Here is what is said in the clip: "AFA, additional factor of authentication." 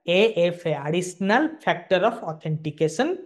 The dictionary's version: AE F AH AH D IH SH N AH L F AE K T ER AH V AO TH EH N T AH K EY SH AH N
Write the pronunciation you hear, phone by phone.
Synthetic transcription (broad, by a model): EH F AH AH D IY S N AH L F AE K T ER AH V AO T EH N T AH K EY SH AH N